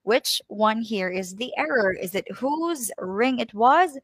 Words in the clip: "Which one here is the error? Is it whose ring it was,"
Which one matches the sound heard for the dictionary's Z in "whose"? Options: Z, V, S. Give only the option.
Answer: Z